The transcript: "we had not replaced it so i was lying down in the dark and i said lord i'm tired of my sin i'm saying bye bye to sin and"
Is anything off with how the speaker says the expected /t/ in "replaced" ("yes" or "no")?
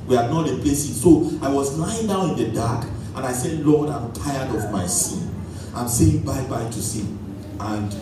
yes